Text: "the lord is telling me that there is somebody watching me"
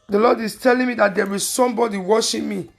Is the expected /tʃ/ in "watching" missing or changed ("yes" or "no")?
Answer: yes